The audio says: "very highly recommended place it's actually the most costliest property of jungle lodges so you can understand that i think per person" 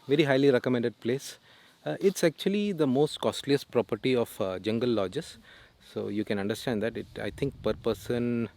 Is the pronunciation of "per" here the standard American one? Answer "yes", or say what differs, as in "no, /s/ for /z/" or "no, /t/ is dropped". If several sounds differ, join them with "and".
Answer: yes